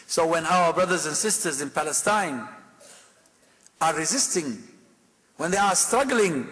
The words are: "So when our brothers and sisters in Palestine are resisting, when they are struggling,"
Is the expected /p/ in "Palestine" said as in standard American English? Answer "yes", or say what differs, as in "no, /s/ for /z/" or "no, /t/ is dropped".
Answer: yes